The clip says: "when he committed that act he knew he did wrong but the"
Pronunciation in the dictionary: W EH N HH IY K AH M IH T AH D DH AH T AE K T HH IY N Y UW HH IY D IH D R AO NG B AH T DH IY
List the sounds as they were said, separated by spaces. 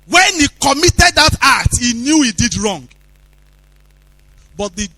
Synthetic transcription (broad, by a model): W EH N HH IY K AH M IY T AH D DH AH T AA T HH IY N Y UW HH IY D IH D R AO NG B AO T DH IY